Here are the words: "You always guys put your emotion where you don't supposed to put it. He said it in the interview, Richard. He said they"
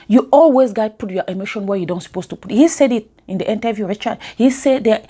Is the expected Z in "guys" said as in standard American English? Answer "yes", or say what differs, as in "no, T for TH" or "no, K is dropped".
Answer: no, Z is dropped